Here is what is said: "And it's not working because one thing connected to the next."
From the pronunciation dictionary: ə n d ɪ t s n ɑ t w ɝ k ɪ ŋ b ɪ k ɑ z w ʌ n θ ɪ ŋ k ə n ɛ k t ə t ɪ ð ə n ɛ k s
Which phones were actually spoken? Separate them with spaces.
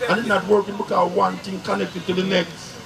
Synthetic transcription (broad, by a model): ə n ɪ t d n ɑ t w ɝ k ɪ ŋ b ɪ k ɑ w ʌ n t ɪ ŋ k ə n ɛ k t ə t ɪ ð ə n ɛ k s